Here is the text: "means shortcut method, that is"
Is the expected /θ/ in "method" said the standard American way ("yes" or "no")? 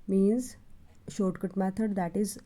no